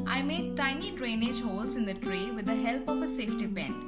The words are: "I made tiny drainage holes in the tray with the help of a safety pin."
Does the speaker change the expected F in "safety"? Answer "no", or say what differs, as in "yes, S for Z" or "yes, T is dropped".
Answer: no